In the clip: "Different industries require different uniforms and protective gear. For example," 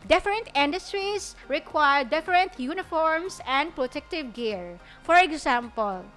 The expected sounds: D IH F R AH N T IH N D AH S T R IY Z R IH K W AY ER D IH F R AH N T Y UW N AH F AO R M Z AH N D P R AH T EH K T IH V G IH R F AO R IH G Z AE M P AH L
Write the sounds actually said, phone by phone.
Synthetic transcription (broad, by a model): D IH F R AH N T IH N D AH S T R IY S R IH K W AY ER D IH F R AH N T Y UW N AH F AO R M S AH N D P R AH T EH K T IH V G IH R F AO R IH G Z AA M P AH L